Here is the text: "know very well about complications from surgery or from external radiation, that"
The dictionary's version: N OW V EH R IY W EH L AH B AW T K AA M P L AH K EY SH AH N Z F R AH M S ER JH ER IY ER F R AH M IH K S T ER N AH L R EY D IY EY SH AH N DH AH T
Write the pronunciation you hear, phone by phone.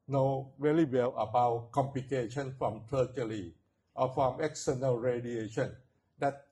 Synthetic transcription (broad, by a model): N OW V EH L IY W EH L AH B AW T K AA M P L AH K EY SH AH N F R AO M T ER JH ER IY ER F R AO M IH K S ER N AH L R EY D IY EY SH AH N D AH T